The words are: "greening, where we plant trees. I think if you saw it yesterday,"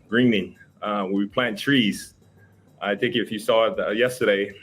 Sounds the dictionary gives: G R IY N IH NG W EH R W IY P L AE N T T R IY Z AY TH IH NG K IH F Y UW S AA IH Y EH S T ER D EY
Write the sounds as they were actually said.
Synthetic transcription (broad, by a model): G R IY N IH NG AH W W IY P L AE N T T R IY Z AY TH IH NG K IH F Y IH S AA IH Y EH S T ER D EY